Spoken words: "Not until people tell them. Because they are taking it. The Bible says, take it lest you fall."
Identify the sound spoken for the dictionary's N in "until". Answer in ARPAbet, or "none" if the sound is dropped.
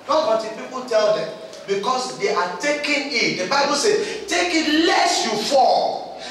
none